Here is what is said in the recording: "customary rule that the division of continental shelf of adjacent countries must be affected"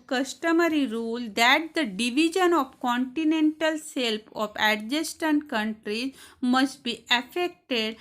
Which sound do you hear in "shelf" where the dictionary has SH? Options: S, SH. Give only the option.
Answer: S